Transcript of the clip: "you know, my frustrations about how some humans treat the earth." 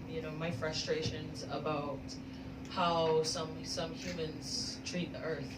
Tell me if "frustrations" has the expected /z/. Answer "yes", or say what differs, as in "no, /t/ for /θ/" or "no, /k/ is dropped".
yes